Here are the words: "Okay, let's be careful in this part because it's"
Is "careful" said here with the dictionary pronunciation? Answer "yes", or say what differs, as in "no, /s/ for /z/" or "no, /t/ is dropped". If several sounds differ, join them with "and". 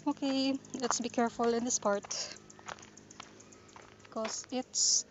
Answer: yes